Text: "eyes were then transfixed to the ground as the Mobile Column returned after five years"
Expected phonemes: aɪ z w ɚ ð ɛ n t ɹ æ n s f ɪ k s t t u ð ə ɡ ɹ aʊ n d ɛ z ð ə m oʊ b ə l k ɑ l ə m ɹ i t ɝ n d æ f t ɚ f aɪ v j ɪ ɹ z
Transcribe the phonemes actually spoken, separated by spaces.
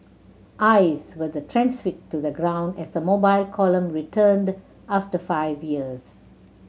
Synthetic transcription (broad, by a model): aɪ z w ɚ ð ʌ t ɹ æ n s f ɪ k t t u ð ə ɡ ɹ aʊ n d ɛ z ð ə m oʊ b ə l k ɑ l ə m ɹ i t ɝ n d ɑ f t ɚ f aɪ v j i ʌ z